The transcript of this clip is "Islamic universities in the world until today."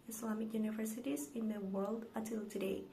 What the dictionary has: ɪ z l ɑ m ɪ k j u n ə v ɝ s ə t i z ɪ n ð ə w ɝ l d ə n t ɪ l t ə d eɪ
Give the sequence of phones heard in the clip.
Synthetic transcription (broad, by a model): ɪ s l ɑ m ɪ k j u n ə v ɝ s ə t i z ɪ n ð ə w ɝ l d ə t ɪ l t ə d eɪ